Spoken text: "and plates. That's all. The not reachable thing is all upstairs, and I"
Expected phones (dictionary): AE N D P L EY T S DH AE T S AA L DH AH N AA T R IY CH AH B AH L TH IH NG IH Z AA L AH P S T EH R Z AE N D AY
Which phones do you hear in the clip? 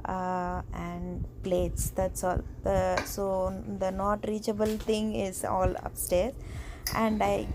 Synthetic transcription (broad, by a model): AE N D P L EY T S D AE T S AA L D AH N AA T R IY CH AH B AH L T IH NG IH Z AA L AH P S T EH R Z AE N D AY